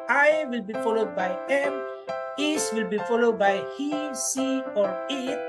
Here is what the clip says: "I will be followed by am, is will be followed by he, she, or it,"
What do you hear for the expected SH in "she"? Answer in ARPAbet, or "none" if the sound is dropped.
S